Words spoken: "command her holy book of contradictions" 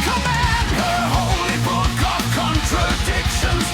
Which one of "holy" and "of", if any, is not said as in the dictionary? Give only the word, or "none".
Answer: of